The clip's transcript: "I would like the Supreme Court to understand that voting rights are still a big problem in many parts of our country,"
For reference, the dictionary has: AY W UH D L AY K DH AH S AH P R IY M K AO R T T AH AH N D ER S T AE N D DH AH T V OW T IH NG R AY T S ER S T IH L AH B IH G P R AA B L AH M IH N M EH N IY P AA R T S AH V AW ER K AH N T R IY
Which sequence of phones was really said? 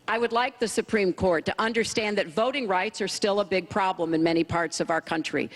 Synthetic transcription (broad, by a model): AY W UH D L AY K DH AH S AH P R IY M K AO R T T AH AH N D ER S T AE N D DH AH T V OW T IH NG R AY T S ER S T IH L AH B IH G P R AA B L AH M IH N M EH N IY P AA R T S AH V AW ER K AH N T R IY